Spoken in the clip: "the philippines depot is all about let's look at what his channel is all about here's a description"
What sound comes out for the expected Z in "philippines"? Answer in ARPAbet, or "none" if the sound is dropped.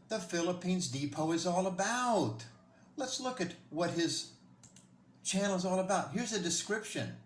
Z